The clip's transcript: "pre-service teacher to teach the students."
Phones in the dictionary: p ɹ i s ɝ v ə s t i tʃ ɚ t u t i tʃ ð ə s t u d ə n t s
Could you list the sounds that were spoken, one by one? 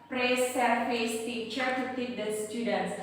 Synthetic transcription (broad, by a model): p ɹ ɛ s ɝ f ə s t i tʃ ɚ t u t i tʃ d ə s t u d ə n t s